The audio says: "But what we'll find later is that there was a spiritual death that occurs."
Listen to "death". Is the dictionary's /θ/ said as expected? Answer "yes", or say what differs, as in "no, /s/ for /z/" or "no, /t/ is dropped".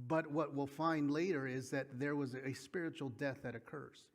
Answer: yes